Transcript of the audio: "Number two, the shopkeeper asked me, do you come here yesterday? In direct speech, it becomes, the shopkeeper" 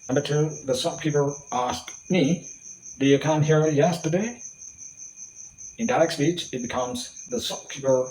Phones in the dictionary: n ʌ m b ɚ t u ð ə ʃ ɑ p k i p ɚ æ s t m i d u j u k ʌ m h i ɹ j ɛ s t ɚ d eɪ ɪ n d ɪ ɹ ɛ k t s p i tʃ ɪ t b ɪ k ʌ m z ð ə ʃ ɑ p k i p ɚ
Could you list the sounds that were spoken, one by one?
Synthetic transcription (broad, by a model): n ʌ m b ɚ t u ð ə s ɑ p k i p ɚ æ s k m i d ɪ j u k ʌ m h i ɹ j ɛ s t ɚ d eɪ ɪ n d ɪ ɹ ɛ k s p i tʃ ɪ t b ɪ k ʌ m z ð ə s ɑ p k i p ɚ